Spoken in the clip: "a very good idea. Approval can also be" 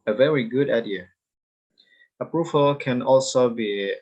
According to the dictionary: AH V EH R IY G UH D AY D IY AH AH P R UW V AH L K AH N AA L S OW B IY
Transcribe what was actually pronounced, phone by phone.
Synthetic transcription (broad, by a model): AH V EH R IY G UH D AY D IY AH AH P R UW V AH L K AH N AA L S OW B IY